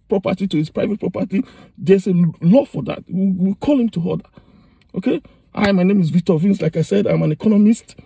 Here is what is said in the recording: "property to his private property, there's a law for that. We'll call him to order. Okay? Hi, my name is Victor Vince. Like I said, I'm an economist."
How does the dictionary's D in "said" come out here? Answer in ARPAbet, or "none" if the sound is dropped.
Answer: D